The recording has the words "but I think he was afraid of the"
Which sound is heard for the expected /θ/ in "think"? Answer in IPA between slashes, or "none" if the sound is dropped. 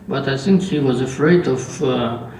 /s/